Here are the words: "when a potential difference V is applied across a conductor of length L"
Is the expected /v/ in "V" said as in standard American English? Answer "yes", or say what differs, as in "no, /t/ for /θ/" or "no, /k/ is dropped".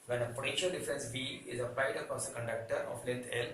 no, /b/ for /v/